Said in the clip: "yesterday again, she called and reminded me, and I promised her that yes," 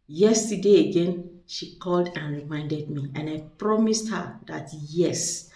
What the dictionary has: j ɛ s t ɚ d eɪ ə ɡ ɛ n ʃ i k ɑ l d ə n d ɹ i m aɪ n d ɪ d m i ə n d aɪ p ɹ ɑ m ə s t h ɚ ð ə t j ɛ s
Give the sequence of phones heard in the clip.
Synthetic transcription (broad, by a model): j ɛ s t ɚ d eɪ ə ɡ ɛ n ʃ i k ɑ l d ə n ɹ i m aɪ n d ɪ d m i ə n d aɪ p ɹ ɑ m ə s t h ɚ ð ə t j ɛ s